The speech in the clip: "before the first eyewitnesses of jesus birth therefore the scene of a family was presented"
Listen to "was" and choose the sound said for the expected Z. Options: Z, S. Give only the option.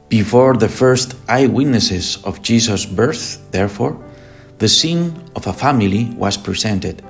S